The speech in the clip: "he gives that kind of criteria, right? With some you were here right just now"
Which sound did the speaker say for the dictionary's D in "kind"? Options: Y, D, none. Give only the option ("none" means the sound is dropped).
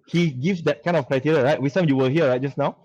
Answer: none